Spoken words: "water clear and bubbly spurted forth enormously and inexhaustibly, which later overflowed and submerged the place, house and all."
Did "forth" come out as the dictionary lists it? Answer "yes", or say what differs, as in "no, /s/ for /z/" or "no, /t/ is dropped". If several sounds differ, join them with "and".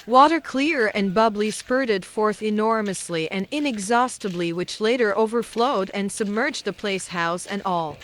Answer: yes